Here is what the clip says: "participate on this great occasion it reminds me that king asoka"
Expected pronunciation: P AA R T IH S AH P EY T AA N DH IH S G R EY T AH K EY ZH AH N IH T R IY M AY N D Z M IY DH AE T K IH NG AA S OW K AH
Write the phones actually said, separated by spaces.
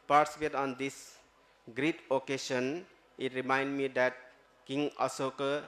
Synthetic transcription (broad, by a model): P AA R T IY S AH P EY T AA N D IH S G R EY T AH K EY SH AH N IH T R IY M AY N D M IY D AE T K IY NG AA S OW K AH